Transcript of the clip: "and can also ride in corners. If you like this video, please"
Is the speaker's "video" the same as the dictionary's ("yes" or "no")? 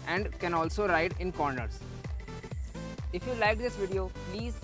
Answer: yes